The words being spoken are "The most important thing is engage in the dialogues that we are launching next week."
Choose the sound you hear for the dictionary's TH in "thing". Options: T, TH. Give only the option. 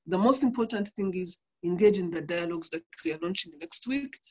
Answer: TH